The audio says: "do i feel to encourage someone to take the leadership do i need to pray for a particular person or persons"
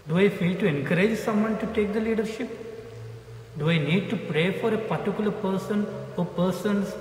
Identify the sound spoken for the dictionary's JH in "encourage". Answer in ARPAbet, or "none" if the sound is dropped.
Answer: JH